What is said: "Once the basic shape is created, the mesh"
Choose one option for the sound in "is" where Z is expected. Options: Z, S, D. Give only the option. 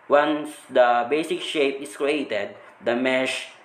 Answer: S